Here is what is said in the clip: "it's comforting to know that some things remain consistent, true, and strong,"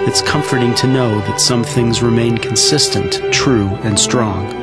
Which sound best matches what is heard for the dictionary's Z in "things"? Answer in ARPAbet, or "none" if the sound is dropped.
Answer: Z